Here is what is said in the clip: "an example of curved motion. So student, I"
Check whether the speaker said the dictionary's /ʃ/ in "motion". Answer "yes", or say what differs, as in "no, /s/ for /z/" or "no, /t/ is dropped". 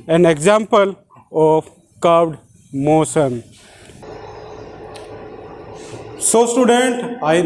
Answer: no, /s/ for /ʃ/